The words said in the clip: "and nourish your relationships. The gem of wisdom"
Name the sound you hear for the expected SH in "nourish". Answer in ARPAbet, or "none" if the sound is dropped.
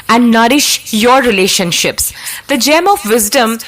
SH